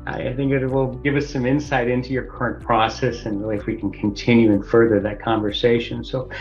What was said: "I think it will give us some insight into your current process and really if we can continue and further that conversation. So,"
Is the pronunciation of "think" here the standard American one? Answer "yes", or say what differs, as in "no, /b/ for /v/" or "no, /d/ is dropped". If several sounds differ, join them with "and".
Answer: yes